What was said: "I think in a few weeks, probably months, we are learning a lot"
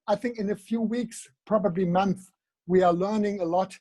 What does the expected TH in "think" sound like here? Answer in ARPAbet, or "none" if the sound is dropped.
TH